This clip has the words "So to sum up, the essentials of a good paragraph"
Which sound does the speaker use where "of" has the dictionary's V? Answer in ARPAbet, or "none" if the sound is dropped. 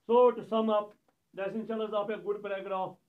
P